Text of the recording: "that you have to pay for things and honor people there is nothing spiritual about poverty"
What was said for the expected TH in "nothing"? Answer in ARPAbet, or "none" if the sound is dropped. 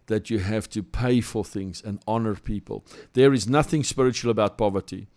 TH